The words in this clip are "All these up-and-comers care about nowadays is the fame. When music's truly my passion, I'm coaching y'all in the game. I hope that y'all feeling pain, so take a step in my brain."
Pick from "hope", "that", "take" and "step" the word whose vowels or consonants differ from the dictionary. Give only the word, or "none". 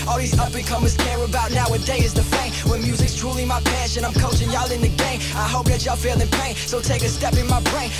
none